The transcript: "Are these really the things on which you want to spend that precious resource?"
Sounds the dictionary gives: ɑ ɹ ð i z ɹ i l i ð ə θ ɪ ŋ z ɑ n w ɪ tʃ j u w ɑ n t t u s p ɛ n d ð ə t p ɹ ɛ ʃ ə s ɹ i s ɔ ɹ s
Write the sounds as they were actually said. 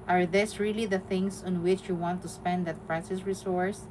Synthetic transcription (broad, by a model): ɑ ɹ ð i s ɹ i l i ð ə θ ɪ ŋ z ɑ n w ɪ tʃ j u w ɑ n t t u s p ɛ n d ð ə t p ɹ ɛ s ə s ɹ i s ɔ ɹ s